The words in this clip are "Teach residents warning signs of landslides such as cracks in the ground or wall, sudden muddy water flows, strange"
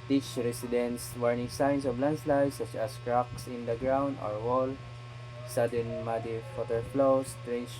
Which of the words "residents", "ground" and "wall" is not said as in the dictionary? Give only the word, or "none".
residents